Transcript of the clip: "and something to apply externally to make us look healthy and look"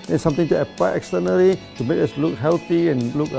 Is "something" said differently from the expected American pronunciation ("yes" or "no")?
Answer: yes